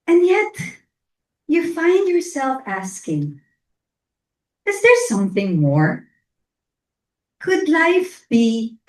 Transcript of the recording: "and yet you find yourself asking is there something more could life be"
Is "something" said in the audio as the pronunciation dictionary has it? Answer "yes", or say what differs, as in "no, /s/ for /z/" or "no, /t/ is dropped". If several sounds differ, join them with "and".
yes